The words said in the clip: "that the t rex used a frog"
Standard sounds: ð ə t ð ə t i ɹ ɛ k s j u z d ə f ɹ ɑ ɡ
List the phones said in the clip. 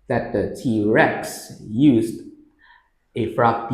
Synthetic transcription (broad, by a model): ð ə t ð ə t i ɹ ɛ k s j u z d ə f ɹ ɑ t